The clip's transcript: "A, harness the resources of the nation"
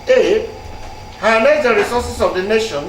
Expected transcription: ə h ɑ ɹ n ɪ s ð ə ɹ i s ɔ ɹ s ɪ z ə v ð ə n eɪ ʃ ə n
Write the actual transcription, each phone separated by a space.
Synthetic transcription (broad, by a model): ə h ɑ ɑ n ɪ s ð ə ɹ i s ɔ s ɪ s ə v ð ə n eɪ ʃ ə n